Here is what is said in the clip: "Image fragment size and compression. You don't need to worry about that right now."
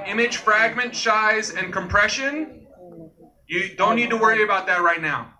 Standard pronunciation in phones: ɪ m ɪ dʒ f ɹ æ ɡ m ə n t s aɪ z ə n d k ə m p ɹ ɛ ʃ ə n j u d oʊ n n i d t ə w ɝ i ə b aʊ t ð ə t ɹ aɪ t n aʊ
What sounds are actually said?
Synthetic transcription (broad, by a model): ɪ m ɪ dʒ f ɹ æ ɡ m ə n t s aɪ z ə n k ə m p ɹ ɛ ʃ ə n j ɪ d oʊ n n i d t ə w ɝ i ə b aʊ t ð ə t ɹ aɪ t n aʊ